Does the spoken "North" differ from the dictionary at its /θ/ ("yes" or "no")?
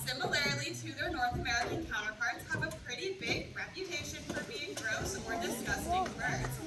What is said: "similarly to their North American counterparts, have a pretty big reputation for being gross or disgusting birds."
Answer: no